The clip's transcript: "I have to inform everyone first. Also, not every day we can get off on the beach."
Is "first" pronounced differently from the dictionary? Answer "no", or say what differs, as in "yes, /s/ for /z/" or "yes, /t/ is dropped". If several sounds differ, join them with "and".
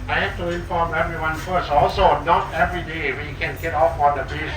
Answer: yes, /t/ is dropped